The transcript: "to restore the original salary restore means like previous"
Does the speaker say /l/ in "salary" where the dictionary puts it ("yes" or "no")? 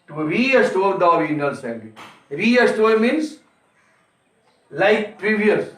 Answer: no